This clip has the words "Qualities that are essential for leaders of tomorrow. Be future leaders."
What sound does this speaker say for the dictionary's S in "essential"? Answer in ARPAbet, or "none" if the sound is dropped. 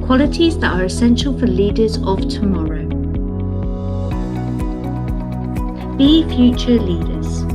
S